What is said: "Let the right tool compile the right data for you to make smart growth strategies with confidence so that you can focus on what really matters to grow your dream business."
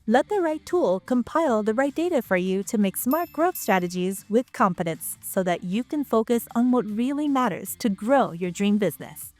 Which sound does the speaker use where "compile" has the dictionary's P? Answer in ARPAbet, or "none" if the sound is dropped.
P